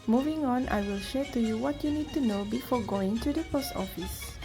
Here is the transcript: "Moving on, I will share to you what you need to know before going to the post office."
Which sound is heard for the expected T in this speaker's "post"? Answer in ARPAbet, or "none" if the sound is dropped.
T